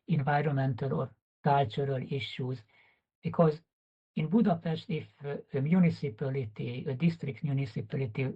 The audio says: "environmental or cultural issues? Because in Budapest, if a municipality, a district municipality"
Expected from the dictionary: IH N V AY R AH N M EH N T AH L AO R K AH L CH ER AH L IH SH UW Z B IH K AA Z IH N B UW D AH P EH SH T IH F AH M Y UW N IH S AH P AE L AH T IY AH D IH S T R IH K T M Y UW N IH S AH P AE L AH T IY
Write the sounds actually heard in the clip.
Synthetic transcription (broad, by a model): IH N V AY R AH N M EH N T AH L AO R K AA L CH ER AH L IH SH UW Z B IH K AA Z IH N B UW D AH P EH SH T IH F AH M Y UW N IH S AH P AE L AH T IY AH D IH S T R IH K T M Y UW N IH S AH P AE L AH T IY